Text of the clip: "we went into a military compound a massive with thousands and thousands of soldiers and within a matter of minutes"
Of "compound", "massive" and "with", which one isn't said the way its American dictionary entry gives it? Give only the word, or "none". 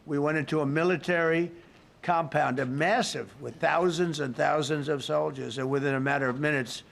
none